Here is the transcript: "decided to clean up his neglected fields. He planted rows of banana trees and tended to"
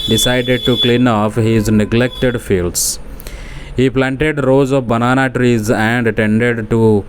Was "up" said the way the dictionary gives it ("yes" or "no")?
no